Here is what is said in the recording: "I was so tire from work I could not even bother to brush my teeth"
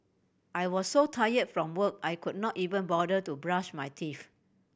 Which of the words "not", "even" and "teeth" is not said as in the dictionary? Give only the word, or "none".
teeth